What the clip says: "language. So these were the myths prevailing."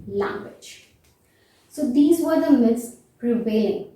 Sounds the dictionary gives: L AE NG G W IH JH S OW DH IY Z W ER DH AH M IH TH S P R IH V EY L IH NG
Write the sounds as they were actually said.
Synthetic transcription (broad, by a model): L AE NG G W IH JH S OW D IY Z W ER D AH M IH T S P R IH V EY L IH NG